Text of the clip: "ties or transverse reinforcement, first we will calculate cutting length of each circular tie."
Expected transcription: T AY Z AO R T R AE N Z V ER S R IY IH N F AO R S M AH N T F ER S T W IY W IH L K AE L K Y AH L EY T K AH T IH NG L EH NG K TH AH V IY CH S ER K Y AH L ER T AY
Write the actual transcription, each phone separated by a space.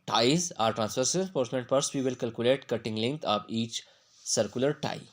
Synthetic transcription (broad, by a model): T AY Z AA R T R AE N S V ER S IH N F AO R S M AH N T P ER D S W IY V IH L K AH L K Y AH L EY T K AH T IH NG L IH NG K T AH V IY CH S ER K Y AH L ER T AY